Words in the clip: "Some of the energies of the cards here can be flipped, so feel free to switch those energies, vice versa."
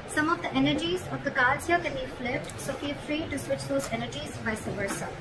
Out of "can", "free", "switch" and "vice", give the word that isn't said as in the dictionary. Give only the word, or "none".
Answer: vice